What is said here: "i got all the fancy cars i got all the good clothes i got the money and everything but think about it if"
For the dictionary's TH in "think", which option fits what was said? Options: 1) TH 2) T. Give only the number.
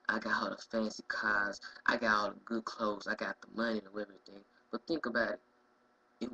1